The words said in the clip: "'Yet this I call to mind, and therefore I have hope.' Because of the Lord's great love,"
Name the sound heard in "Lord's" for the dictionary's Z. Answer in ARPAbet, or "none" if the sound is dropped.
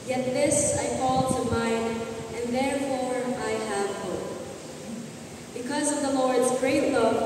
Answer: Z